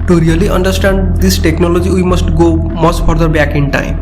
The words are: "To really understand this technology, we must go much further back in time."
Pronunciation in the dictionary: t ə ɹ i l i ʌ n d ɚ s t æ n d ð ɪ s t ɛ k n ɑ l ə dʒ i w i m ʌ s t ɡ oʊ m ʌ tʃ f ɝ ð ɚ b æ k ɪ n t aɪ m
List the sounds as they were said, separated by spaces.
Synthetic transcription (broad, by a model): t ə ɹ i l i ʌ n d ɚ s t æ n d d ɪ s t ɛ k n ɑ l ə dʒ i w i m ʌ s t ɡ oʊ m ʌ s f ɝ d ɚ b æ k ɪ n t aɪ m